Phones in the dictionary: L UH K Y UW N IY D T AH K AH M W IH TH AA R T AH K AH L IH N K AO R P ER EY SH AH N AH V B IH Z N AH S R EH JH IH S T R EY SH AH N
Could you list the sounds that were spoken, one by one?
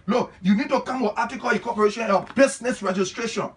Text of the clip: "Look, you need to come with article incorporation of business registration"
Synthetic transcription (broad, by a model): L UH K Y UW N IY D T AH K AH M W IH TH AA T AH K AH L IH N K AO P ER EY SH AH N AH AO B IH S N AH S R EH JH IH S T R EY SH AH N